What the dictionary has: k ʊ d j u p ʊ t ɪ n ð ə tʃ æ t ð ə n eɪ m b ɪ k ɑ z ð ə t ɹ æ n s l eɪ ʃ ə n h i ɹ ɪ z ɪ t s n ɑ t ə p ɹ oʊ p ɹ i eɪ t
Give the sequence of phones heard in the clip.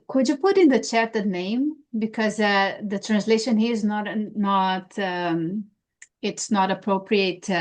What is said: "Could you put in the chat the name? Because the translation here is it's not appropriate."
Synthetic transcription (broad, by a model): k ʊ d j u p ʊ t ɪ n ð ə tʃ æ t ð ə n eɪ m b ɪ k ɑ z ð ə t ɹ æ n s l eɪ ʃ ə n h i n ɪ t ɪ t s n ɑ t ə p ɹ oʊ p ɹ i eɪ t